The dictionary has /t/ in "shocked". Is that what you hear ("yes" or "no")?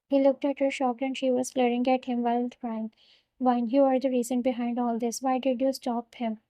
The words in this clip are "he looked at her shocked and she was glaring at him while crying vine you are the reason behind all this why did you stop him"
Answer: no